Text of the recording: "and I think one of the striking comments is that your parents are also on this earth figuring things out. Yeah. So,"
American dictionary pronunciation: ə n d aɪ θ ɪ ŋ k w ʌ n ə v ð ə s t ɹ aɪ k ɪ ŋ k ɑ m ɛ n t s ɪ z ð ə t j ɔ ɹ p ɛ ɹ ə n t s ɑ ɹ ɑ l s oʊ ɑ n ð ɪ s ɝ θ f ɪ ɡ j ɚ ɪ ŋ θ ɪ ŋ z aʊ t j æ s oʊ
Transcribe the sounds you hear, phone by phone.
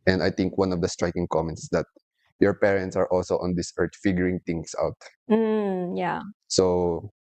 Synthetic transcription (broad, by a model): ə n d aɪ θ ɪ ŋ k w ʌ n ə v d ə s t ɹ aɪ k ɪ ŋ k ɑ m ɛ n t s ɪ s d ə t j ɔ ɹ p ɛ ɹ ə n t s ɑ ɹ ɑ l s oʊ ɑ n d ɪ s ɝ t f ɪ ɡ j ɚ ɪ ŋ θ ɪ ŋ s aʊ t j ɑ s oʊ